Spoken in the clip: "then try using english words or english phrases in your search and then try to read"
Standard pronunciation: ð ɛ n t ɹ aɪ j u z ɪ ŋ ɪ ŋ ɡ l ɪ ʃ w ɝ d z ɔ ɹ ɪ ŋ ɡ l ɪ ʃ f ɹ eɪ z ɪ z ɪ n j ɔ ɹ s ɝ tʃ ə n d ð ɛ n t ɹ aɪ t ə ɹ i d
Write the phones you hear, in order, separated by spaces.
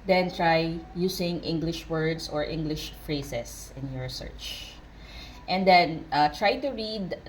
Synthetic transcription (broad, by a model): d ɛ n t ɹ aɪ j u s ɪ ŋ ɪ ŋ ɡ l ɪ ʃ w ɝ d s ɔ ɹ ɪ ŋ ɡ l ɪ ʃ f ɹ eɪ s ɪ s ɪ n j ɔ ɹ s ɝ tʃ ə n d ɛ n t ɹ aɪ t ə ɹ i d